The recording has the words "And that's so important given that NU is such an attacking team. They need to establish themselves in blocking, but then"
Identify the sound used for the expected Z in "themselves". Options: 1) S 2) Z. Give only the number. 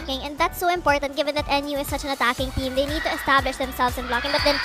1